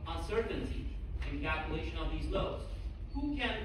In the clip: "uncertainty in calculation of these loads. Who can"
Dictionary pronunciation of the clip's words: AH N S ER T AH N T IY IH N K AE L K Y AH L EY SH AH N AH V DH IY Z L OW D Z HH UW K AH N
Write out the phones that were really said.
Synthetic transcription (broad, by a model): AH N S ER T N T IY IH N K AE L K Y AH L EY SH AH N AH V DH IY Z L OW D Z HH UW K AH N